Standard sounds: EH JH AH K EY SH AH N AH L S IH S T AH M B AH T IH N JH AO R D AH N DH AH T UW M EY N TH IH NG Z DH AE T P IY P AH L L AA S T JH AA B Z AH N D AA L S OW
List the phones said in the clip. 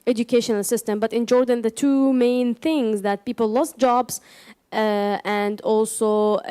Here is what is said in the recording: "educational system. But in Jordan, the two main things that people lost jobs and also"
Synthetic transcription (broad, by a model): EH JH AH K EY SH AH N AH L S IH S T AH M B AH T IH N JH AO R D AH N DH AH T UW M EY N TH IH NG Z DH AE T P IY P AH L L AA S T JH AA B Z AH N D AA L S OW